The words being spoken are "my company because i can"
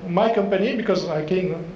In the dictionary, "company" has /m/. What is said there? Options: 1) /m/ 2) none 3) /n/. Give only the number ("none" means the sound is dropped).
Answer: 1